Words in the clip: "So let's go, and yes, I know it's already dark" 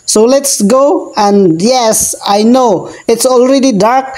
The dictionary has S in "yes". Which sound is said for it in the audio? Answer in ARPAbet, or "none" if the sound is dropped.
S